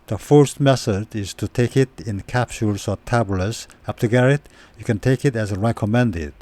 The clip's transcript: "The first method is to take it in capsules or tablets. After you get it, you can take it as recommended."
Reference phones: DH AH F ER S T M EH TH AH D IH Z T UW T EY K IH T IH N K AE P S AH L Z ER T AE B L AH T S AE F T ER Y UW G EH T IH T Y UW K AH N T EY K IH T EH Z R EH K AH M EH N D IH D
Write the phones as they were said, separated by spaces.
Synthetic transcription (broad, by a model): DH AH F ER S T M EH S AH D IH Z T UW T EY K IH T IH N K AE P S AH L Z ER T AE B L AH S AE P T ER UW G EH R IH T Y UW K AH N T EY K IH T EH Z R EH K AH M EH N D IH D